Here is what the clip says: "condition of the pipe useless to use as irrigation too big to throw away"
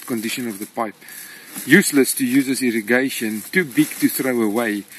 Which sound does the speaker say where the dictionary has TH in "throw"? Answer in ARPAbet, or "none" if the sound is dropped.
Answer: TH